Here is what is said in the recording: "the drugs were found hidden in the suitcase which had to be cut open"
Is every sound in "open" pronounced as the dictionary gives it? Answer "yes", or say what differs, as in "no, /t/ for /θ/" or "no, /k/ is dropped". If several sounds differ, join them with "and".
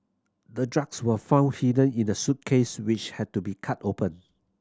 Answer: yes